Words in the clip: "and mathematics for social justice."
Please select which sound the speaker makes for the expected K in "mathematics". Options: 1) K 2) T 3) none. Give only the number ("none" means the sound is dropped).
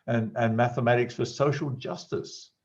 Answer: 1